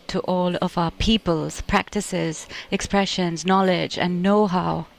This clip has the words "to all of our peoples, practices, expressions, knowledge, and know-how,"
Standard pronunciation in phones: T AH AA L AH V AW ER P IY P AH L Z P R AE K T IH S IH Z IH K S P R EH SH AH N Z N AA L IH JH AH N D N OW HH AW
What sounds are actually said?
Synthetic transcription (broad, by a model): T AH AA L AH V AW ER P IY P AH L Z P R AE K T IH S IH Z IH K S P R EH SH AH N Z N AA L IH JH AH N N OW HH AW